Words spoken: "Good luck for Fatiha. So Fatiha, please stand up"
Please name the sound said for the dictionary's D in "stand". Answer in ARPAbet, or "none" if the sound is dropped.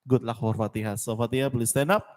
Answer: none